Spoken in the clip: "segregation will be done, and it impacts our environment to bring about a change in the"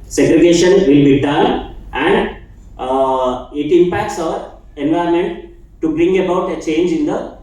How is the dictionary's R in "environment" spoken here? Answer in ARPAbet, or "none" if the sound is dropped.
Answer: none